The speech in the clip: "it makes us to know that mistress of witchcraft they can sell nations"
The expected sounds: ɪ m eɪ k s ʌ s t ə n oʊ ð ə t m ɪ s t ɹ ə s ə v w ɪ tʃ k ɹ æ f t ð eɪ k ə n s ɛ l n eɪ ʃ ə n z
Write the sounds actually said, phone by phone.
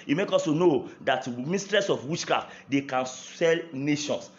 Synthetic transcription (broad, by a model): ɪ m eɪ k ɔ s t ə n oʊ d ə t m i s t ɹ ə s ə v w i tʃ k ɹ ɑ f t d eɪ k ə n s ɛ l n eɪ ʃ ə n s